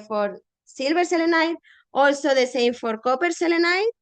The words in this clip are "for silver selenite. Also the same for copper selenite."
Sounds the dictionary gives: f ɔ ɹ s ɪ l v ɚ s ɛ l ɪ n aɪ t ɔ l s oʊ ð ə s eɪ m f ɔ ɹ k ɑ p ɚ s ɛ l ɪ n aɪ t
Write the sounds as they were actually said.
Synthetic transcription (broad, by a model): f ɔ ɹ s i l b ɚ s ɛ l ɪ n aɪ t ɔ l s oʊ ð ə s eɪ m f ɔ ɹ k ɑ p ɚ s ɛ l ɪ n aɪ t